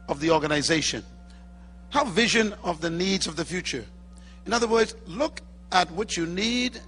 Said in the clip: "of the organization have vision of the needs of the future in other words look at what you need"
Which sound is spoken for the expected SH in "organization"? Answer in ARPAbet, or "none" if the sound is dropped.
SH